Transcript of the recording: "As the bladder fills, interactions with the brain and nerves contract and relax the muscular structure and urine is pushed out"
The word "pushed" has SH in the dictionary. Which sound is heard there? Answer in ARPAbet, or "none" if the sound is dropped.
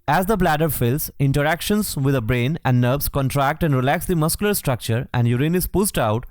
S